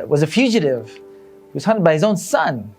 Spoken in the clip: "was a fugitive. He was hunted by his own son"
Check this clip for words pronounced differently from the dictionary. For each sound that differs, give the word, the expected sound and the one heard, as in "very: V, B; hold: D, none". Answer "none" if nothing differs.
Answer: none